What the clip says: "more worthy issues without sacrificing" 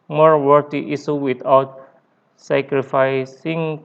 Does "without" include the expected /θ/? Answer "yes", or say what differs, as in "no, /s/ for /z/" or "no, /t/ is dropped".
no, /t/ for /θ/